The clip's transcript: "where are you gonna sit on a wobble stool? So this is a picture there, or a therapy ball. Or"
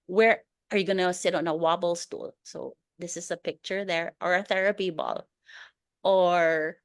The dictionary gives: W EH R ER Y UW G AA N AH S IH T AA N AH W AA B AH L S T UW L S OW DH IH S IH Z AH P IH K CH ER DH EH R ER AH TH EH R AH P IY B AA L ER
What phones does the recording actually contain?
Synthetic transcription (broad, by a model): W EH R ER Y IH G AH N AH S IH T N AH W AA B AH L S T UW L S OW DH IH S IH Z AH P IH K CH ER DH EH R ER AH TH EH R AH P IY B AA L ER